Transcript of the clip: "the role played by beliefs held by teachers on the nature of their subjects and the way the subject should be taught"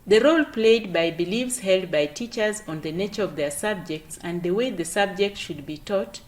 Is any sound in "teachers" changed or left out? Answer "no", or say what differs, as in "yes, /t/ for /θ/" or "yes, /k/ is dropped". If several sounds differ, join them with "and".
no